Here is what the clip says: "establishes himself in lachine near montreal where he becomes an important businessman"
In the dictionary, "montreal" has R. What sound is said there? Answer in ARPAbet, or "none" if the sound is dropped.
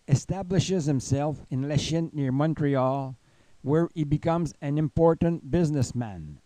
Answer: R